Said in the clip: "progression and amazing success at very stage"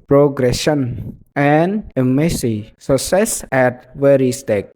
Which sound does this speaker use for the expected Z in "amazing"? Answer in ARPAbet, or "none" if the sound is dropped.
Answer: S